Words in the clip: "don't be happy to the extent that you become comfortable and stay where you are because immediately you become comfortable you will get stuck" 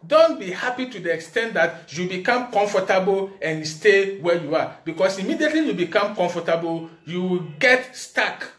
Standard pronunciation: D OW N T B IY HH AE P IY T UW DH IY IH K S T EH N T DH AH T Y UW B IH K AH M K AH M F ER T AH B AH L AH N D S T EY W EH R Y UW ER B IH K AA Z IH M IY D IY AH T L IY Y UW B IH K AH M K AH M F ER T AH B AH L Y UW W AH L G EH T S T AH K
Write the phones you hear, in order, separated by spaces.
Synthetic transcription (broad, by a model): D OW N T B IY HH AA P IY T UW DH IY IH K S T EH N T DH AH T Y UW B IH K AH M K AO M F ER T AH B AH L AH N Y S T EY W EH Y UW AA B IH K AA S IH M IY D IY AH T L IY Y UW B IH K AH M K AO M F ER T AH B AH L Y UW W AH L G EH T S T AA K